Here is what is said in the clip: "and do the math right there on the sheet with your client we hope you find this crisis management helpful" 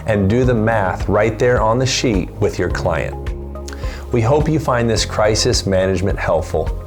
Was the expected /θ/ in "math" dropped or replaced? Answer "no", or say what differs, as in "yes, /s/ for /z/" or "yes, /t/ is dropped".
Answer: no